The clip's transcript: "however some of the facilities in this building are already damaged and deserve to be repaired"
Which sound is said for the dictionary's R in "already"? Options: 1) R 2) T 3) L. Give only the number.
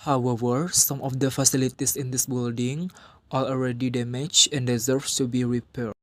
1